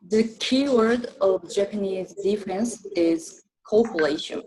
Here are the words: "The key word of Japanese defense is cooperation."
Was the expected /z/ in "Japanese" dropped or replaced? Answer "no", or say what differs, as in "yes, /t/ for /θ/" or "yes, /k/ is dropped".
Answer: no